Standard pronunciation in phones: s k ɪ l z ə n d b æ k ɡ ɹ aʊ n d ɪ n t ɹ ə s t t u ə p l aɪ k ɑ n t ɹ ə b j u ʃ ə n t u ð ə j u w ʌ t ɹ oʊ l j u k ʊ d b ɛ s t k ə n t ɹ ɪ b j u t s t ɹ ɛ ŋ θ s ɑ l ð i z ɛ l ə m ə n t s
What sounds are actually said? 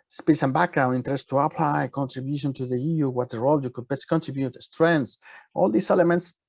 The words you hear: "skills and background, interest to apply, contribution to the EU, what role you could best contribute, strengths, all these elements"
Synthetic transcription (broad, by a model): s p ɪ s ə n b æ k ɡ ɹ aʊ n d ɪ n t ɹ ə s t t u ə p l aɪ k ɑ n t ɹ ə b j u ʃ ə n t u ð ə j u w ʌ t ɹ oʊ l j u k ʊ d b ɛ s k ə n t ɹ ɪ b j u t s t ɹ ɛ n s ɑ l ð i s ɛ l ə m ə n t s